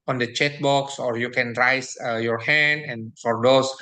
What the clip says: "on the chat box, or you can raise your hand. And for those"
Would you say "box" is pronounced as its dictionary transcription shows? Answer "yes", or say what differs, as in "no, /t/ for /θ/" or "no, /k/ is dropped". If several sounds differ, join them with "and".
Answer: yes